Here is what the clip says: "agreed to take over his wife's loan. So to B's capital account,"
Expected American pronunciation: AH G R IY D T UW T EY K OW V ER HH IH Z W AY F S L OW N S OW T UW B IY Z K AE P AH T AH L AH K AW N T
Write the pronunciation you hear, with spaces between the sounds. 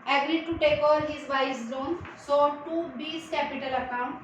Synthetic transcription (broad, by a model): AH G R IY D T UW T EY K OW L HH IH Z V AY S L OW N S OW T UW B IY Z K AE P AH T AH L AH K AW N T